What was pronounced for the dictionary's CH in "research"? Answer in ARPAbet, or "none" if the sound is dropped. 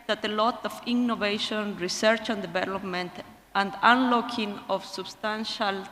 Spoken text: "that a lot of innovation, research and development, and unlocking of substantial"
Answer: CH